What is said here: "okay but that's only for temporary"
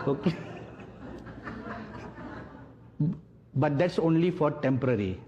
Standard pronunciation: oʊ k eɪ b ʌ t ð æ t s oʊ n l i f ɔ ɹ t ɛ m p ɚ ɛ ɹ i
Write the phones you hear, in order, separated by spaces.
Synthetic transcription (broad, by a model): oʊ k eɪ b ʌ t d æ t s oʊ n l i f ɔ ɹ t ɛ m p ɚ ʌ ɹ i